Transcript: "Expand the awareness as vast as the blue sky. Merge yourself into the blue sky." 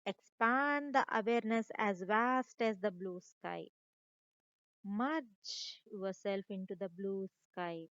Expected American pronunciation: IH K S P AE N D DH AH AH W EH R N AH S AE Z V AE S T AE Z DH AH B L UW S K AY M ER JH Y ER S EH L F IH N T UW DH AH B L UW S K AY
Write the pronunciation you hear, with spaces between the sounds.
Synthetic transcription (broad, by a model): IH K S P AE N D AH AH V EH R N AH S AE Z V AE S T AE Z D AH B L UW S K AY M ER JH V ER S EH L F IH N T UW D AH B L UW S K AY